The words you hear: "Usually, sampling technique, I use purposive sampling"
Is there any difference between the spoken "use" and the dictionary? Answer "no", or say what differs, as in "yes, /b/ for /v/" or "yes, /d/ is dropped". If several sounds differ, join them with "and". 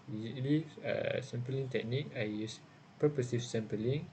no